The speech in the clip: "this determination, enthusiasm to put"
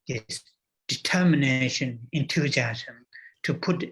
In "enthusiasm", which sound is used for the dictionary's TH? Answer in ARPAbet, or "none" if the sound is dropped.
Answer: T